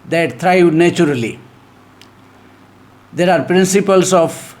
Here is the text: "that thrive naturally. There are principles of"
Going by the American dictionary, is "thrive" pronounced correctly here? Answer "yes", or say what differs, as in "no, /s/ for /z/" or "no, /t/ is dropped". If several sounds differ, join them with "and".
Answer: no, /t/ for /θ/